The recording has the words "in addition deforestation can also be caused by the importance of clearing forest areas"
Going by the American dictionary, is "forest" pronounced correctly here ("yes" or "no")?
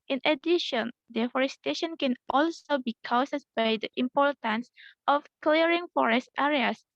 yes